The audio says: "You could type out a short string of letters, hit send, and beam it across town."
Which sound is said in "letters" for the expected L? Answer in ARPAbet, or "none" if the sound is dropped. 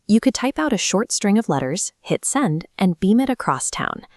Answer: L